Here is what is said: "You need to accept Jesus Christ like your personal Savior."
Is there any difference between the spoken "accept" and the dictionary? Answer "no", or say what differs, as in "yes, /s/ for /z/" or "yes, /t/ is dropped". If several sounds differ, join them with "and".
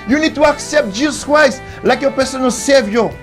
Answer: no